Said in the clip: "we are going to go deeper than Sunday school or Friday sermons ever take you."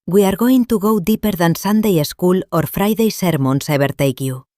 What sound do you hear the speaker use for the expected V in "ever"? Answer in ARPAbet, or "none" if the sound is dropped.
B